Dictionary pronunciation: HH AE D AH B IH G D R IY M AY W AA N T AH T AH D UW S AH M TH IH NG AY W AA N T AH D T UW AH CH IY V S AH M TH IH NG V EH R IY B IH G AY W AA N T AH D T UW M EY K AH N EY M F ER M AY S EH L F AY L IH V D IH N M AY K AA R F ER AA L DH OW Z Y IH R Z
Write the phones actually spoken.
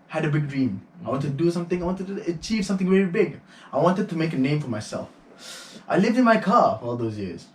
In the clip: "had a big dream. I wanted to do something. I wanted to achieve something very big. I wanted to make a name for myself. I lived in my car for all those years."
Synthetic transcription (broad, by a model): HH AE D AH B IH G D R IY M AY W AA N T AH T D UW S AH M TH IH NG AY W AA N T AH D T UW AH CH IY V S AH M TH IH NG V EH R IY B IH G AY W AA N T AH D T UW M EY K AH N EY M F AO M AY S EH L F AY L IH V D IH N M AY K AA F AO AA L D OW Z Y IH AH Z